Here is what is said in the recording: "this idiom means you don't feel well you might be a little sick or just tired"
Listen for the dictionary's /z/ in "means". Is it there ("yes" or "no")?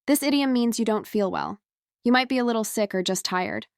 yes